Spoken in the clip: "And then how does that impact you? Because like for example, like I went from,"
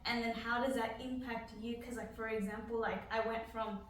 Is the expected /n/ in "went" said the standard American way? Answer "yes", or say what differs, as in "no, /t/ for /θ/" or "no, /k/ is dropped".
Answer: yes